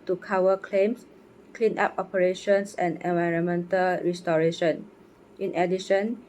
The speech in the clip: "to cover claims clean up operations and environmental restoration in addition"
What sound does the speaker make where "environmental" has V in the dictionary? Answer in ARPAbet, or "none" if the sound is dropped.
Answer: V